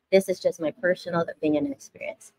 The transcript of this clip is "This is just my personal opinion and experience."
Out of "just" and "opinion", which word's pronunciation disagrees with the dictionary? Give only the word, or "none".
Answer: opinion